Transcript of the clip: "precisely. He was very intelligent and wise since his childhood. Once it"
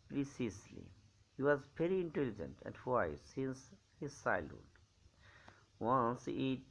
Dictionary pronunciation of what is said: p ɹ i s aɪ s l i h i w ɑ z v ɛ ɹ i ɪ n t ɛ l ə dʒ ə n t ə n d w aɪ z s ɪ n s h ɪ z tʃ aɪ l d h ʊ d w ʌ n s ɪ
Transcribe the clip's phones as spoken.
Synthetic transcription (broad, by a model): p ɹ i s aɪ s l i h i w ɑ z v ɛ ɹ i ɪ n t ɛ l ə dʒ ə n t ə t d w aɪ s ɪ n s h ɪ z s aɪ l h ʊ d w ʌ n s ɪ